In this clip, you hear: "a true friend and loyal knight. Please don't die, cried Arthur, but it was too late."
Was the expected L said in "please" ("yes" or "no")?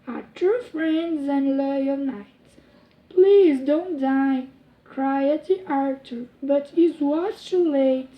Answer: yes